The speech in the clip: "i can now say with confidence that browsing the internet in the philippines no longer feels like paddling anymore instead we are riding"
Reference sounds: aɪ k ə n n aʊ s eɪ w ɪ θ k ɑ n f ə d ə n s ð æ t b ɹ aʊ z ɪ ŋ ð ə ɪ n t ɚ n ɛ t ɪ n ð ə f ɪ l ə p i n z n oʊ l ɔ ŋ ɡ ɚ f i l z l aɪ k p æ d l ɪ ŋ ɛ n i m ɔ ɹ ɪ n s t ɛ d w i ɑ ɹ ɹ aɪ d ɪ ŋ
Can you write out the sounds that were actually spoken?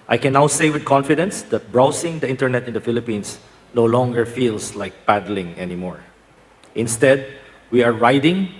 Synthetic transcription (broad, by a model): aɪ k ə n n aʊ s eɪ w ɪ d k ɑ n f ə d ə n s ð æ t b ɹ aʊ s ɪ ŋ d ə ɪ n t ɚ n ɛ t ɪ n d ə f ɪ l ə p i n s n oʊ l ɔ ŋ ɡ ɚ f i l s l aɪ k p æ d l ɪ ŋ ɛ n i m ɔ ɹ ɪ n s t ɛ d w i ɑ ɹ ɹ aɪ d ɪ ŋ